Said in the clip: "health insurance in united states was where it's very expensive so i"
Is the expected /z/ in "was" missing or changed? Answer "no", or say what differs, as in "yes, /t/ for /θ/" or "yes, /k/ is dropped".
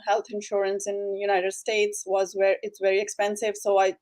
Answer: no